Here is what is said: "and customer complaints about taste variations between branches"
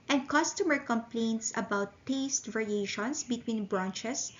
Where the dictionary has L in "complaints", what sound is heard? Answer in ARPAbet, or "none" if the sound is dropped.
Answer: L